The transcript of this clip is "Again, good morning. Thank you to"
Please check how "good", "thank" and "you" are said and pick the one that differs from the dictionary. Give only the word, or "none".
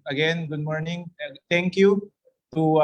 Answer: thank